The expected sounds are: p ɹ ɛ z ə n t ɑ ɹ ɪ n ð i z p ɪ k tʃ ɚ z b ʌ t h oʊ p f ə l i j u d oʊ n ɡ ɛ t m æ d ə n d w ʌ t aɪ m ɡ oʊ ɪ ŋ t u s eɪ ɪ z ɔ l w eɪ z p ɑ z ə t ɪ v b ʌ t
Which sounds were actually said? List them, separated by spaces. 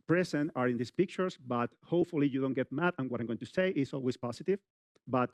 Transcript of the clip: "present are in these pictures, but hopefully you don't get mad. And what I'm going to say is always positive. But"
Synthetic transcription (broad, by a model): p ɹ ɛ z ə n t ɑ ɹ ɪ n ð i s p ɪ k tʃ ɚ s b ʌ t h oʊ p f ə l i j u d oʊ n ɡ ɛ t m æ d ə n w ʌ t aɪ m ɡ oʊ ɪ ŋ t u s eɪ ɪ s ɔ l w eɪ s p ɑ s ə t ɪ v b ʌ t